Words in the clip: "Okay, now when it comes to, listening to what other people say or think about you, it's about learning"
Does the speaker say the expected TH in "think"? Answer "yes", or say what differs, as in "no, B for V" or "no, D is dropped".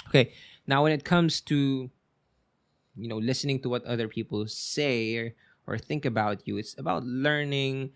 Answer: yes